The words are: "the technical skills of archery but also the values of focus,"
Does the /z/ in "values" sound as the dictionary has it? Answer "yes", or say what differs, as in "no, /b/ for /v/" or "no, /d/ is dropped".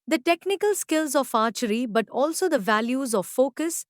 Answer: yes